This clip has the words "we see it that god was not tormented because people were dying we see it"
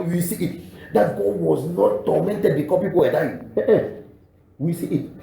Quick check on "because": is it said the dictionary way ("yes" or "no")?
no